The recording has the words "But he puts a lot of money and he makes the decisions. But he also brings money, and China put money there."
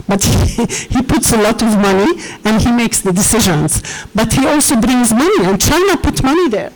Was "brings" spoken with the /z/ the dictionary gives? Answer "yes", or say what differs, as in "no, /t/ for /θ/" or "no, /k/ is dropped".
yes